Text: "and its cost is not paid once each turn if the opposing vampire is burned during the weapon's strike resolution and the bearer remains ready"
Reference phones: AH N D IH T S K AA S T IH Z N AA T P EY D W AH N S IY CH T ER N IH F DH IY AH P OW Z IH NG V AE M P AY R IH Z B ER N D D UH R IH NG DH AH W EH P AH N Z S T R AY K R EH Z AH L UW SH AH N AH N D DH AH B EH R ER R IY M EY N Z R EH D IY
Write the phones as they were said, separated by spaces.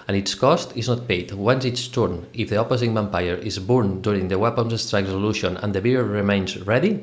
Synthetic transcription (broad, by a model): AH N IH T S K AA S T IH Z N AA T P EY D W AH N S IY S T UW N IH F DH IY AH P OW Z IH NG B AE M P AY R IH Z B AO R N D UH R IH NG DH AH W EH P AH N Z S T R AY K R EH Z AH L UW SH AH N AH N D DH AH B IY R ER R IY M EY N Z R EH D IY